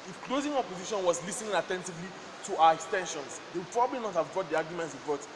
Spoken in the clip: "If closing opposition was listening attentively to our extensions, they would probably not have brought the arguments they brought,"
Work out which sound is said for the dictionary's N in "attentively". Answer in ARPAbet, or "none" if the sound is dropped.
N